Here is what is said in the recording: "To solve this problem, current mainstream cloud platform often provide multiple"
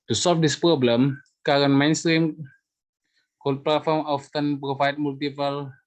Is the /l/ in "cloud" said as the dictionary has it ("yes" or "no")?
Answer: no